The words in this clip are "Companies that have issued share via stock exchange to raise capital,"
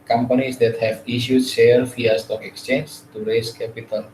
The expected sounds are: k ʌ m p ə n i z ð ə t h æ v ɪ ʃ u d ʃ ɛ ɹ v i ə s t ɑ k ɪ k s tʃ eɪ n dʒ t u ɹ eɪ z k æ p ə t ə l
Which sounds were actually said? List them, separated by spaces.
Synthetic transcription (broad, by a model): k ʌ m p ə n i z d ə t h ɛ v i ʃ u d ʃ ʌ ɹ f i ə s t ɑ k ɪ k s tʃ eɪ n dʒ t u ɹ eɪ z k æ p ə t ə l